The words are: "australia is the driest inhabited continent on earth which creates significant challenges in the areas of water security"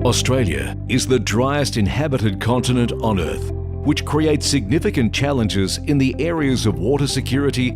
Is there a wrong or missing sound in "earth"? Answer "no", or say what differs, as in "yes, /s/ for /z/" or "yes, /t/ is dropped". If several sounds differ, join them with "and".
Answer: no